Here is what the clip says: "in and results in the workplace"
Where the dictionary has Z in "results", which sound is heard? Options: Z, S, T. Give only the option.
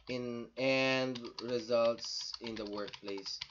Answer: Z